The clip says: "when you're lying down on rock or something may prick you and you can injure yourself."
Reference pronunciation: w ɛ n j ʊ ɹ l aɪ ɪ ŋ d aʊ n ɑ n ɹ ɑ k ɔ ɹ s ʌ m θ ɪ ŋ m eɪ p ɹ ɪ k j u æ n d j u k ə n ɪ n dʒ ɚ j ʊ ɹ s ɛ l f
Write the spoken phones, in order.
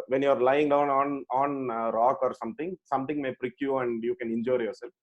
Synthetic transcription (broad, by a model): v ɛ n j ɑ ɹ l aɪ ɪ ŋ d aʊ n ɑ n ɹ ɑ k ɔ ɹ s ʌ m s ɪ ŋ m eɪ p ɹ ɪ k j u æ n d j u k ə n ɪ n dʒ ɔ j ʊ ɹ s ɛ l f